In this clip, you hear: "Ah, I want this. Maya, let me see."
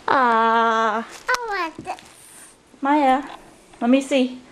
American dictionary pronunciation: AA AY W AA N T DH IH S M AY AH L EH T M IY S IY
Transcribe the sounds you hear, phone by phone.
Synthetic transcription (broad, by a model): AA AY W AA T M AY AH L EH T M IY S IY